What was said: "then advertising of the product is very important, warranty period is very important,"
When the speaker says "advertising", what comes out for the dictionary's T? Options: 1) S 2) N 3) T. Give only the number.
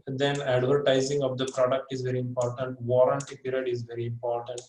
3